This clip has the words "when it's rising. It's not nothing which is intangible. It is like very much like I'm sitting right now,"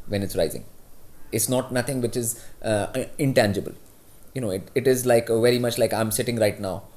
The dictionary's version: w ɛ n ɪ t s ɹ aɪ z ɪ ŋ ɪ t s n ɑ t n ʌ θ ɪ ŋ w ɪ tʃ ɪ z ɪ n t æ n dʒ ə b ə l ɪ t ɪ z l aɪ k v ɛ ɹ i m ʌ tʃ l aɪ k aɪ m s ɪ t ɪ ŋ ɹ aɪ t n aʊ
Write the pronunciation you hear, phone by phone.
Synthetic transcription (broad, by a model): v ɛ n ɪ t s ɹ aɪ z ɪ ŋ ɪ t s n ɑ t n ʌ t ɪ ŋ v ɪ tʃ ɪ z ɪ n t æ n dʒ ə b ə l ɪ t ɪ z l aɪ k v ɛ ɹ i m ʌ tʃ l aɪ k aɪ m s ɪ t ɪ ŋ ɹ aɪ t n aʊ